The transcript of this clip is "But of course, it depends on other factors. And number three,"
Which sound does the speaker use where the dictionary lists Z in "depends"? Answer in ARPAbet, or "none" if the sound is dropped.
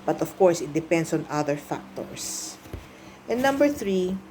S